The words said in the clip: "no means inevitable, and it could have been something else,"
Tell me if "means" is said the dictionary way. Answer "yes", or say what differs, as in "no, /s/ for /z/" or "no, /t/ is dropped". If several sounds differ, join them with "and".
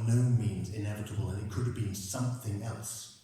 yes